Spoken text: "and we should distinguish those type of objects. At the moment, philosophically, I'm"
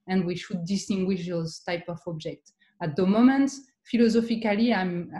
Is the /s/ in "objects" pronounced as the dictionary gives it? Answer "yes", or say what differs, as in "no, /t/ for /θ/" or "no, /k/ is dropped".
no, /s/ is dropped